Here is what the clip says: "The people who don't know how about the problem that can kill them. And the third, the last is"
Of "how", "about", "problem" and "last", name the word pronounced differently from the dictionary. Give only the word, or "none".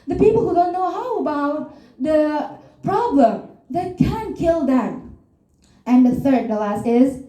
none